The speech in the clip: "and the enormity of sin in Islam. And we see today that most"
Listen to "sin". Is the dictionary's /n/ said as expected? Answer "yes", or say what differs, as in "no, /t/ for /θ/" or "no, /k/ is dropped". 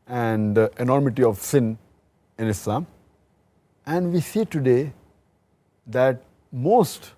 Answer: yes